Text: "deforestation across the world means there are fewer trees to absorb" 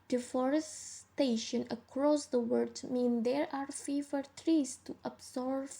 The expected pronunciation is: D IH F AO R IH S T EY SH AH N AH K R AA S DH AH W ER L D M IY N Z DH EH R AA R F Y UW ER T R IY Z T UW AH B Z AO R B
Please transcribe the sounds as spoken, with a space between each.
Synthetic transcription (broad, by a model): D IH F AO R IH S T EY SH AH N AH K R AA S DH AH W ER D M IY N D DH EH R AA R F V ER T R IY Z T UW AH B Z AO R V